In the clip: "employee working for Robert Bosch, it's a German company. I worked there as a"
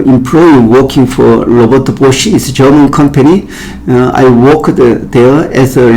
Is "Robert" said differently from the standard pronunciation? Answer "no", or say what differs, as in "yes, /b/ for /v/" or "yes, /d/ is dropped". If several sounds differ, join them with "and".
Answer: yes, /l/ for /ɹ/